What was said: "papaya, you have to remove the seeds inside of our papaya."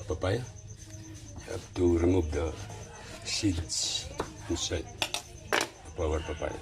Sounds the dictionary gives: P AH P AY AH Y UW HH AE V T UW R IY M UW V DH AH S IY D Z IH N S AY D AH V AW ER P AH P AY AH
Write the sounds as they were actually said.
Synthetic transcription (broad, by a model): P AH P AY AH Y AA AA P T UW R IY M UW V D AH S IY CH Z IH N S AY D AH P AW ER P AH P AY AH